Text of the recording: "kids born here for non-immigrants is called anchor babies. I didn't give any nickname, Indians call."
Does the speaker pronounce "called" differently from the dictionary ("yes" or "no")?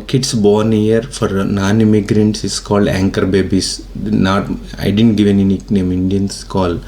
no